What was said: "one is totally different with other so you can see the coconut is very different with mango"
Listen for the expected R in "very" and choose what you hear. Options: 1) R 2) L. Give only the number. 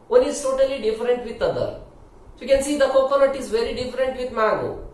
1